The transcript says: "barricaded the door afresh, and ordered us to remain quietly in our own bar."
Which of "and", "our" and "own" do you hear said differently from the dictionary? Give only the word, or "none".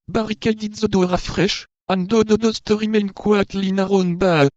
none